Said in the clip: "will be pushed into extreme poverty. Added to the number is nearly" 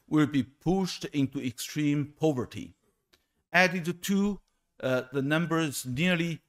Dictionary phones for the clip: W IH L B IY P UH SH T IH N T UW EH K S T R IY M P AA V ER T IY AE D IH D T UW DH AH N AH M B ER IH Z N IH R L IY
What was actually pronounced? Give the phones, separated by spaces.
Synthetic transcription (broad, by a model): W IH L B IY P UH SH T IH N T UW EH K S T R IY M P AA V ER T IY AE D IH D T UW DH AH N AH M B ER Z N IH R L IY